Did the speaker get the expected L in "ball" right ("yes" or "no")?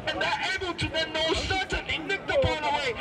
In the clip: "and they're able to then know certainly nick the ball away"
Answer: no